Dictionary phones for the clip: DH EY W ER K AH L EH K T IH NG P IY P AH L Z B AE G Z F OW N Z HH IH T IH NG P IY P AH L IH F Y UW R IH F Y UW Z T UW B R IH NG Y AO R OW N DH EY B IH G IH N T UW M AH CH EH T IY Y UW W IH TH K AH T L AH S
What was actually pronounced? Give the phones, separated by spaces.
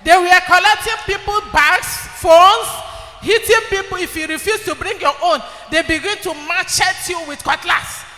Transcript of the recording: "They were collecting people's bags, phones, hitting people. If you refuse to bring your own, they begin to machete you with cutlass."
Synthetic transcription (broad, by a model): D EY W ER K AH L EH K T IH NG P IY P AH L B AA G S F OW N S HH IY T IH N P IY P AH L IH F Y UW R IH F Y UW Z T UW B R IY NG Y AO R OW N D EY B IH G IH N T UW M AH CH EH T Y UW W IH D K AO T L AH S